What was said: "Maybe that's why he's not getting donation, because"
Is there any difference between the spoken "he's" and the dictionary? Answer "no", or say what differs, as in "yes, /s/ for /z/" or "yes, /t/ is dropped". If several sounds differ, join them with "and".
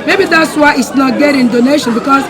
yes, /s/ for /z/